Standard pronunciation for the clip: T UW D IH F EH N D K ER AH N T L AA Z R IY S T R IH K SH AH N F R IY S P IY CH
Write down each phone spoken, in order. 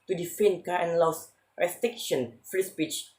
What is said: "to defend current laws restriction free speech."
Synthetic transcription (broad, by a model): T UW D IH F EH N K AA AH N L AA S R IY S T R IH K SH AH N F R IY S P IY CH